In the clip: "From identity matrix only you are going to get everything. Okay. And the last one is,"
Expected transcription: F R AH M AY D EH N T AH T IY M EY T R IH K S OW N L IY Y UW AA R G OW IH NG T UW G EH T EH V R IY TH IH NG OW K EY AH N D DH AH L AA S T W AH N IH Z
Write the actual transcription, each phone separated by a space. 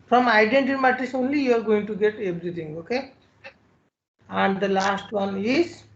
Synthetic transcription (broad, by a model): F R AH M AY D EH N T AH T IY M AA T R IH S OW N L IY Y UW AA R G OW IH NG T UW G EH T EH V R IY T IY NG OW K EY AH N D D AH L AA S T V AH N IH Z